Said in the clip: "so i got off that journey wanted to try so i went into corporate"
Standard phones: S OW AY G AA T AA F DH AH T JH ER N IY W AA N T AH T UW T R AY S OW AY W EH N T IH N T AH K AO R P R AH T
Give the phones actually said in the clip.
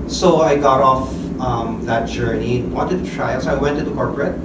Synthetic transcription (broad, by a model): S OW AY G AA T AA F DH AH T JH ER N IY W AA N T AH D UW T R AY S OW AY W EH N T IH T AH K AO R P R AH T